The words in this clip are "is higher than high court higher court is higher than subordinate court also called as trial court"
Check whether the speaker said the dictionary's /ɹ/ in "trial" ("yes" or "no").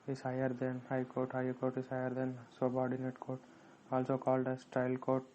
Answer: no